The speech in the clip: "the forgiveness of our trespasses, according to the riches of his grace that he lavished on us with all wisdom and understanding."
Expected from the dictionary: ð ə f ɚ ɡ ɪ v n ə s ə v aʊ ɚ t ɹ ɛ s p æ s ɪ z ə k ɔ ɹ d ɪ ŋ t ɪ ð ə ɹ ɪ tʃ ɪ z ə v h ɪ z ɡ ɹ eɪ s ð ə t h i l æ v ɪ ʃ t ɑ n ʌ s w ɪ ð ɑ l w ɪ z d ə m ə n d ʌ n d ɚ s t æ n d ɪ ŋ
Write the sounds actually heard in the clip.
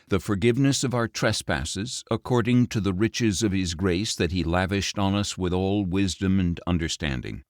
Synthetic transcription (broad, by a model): ð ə f ɚ ɡ ɪ v n ə s ə v aʊ ɚ t ɹ ɛ s p æ s ɪ z ə k ɔ ɹ d ɪ ŋ t ɪ ð ə ɹ ɪ tʃ ɪ z ə v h ɪ z ɡ ɹ eɪ s ð ə t h i l æ v ɪ ʃ t n ʌ s w ɪ ð ɑ l w ɪ z d ə m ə n ʌ n d ɚ s t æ n d ɪ ŋ